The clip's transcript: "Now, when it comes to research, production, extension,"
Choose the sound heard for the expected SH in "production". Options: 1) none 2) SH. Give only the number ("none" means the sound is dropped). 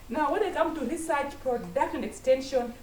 1